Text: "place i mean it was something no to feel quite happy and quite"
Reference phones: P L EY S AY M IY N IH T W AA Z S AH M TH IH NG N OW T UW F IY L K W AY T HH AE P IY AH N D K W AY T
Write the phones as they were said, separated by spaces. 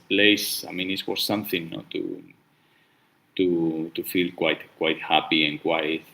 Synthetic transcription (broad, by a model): P L EY S AY M IY N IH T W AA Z S AH M TH IH NG N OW T UW F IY L K W AY T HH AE P IY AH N K W AY T